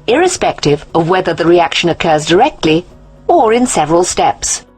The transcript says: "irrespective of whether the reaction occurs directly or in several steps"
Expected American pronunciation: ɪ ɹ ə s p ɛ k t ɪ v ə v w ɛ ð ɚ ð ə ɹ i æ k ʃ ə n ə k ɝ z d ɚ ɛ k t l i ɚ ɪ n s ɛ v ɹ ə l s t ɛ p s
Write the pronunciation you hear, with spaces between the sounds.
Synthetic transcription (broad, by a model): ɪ ɹ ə s p ɛ k t ɪ v ə v w ɛ ð ɚ ð ə ɹ i æ k ʃ ə n ə k ɝ z d ɚ ɛ k t l i ɚ ɪ n s ɛ v ɹ ə l s t ɛ p s